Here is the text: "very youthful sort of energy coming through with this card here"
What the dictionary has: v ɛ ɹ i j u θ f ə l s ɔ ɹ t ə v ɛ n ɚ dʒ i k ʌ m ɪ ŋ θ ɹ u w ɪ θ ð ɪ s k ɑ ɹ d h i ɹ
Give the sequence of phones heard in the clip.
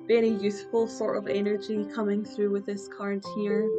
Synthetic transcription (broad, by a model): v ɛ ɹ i j u s f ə l s ɔ ɹ t ə v ɛ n ɚ dʒ i k ʌ m ɪ ŋ θ ɹ u w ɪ ð ɪ s k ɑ ɹ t h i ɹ